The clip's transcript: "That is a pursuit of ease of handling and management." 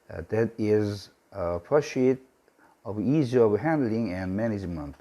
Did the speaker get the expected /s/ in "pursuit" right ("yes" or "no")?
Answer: no